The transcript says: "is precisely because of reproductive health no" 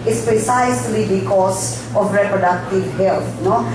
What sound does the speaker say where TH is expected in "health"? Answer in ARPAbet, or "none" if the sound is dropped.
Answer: T